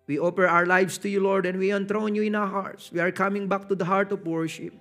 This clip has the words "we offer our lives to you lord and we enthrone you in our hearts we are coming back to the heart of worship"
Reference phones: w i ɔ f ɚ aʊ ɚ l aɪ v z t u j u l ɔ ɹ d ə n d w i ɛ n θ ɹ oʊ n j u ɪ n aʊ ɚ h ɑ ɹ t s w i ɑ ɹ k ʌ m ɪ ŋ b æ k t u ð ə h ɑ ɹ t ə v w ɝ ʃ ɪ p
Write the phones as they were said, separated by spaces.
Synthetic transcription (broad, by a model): w i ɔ p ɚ aʊ ɚ l aɪ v s t u j u l ɔ ɹ d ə n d w i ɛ n t ɹ oʊ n j u ɪ n aʊ ɚ h ɑ ɹ t s w i ɑ ɹ k ʌ m ɪ ŋ b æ k t u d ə h ɑ ɹ t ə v w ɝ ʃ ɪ p